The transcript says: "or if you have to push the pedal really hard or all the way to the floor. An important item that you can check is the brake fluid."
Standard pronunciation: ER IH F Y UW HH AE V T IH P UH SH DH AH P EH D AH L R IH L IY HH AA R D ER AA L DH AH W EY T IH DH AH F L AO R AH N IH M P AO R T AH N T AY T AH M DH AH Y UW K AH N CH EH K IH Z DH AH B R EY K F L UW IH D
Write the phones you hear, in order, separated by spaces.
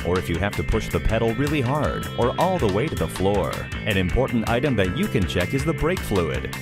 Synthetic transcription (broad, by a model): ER IH F Y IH HH AE F T IH P UH SH DH AH P EH D L R IH L IY HH AA R D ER AA L DH AH W EY T IH DH AH F L AO R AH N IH M P AO R T N T AY T AH M DH AH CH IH K AH N CH EH K IH Z DH AH B R EY K F L UW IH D